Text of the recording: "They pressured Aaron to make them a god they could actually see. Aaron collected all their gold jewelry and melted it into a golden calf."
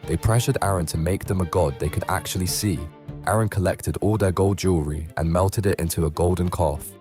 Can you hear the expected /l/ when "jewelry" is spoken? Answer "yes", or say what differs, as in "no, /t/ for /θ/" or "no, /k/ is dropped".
no, /l/ is dropped